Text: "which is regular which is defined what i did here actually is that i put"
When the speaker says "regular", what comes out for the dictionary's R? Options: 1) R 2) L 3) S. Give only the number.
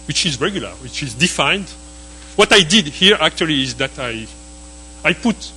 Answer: 1